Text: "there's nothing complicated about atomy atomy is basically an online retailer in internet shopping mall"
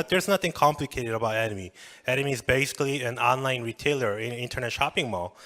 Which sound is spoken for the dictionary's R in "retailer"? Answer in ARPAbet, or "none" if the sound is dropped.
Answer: R